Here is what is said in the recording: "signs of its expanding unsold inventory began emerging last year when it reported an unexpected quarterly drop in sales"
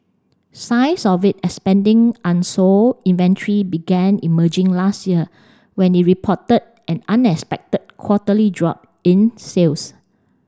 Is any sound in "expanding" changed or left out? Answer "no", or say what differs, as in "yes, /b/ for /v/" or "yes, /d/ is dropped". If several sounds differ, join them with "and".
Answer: yes, /k/ is dropped